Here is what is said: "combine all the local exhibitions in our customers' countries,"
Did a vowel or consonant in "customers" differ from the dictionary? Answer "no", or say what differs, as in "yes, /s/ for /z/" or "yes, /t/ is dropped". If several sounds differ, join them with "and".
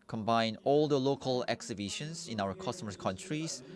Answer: yes, /z/ is dropped